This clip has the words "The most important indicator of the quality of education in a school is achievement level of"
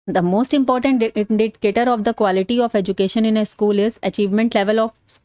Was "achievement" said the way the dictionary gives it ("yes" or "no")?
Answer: yes